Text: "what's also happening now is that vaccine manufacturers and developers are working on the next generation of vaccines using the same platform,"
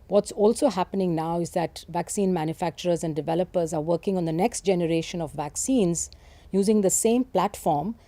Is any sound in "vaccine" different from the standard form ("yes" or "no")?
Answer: no